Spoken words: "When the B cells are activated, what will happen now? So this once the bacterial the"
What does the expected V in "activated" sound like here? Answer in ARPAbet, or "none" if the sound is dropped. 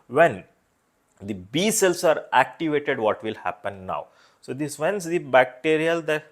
V